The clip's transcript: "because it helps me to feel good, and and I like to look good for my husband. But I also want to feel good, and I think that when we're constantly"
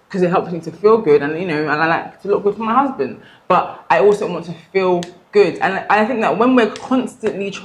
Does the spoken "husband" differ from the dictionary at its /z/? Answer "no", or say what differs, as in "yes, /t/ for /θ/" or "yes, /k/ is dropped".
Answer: no